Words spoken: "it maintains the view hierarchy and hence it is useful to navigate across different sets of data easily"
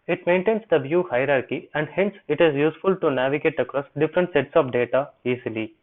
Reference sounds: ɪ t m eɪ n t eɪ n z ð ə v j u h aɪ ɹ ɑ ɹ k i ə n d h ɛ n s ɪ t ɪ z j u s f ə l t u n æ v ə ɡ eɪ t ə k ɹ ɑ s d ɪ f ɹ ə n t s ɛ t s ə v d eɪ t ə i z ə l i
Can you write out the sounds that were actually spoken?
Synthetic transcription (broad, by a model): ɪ t m eɪ n t eɪ n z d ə v j u h aɪ ɹ ɑ ɹ k i ə n d h ɛ n s ɪ t ɪ z j u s f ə l t u n æ v ə ɡ eɪ t ə k ɹ ɑ s d ɪ f ɹ ə n t s ɛ t s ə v d eɪ t ə i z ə l i